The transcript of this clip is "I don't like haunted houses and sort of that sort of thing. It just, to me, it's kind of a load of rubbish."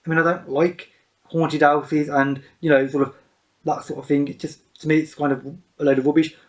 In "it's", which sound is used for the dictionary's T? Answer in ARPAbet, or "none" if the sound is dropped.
T